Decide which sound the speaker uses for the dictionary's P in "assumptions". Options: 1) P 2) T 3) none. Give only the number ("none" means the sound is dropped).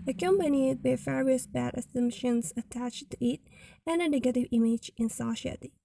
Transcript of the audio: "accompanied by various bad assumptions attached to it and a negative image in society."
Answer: 3